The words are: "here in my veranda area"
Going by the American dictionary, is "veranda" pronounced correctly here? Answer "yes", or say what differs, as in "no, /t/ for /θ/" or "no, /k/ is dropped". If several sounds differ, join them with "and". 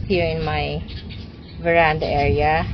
yes